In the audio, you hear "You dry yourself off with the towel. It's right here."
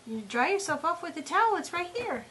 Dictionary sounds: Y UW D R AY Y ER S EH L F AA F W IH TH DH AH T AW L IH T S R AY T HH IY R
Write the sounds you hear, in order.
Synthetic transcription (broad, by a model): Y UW D R AY Y ER S EH L F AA P W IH DH AH T AW L IH T S R AY T HH IY R